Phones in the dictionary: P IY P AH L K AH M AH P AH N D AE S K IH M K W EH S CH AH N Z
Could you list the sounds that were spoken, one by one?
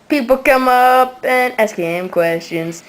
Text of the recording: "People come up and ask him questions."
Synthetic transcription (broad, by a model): P IY P L K AH M AH P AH N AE S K IH M K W EH S CH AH N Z